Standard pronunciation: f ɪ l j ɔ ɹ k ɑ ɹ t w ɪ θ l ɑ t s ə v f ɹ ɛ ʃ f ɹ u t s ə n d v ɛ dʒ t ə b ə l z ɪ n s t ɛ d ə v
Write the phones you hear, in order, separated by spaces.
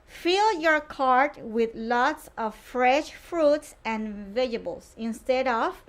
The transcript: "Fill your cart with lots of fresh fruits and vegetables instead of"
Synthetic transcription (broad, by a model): f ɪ l j ɔ ɹ k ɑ ɹ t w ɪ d l ɑ t s ə v f ɹ ɛ ʃ f ɹ u t s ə n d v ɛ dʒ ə b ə l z ɪ n s t ɛ d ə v